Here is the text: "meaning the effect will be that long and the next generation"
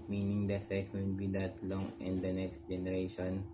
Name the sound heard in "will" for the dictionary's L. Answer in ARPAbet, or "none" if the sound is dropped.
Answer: N